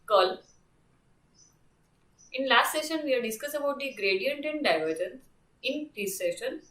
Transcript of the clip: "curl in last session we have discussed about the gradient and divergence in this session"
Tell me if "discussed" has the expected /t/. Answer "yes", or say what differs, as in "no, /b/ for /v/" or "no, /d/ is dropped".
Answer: no, /t/ is dropped